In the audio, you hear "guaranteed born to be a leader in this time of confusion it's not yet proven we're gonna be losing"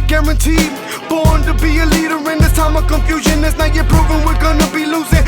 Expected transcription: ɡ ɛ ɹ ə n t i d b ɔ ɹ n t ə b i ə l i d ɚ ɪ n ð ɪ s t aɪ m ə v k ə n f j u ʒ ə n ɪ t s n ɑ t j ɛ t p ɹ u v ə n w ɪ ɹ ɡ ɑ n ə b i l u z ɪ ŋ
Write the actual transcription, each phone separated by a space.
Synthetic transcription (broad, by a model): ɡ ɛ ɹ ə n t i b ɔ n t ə b i ə l i d ɚ ɪ n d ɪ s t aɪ m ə k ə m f j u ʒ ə n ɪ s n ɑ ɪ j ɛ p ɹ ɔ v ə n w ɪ l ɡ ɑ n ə b i l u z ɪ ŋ